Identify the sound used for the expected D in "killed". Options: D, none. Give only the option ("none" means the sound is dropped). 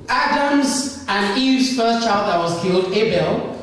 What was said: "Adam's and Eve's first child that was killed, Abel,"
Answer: D